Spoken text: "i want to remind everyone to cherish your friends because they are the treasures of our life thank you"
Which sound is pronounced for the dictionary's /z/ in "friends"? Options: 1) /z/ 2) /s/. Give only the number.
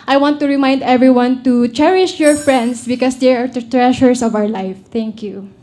2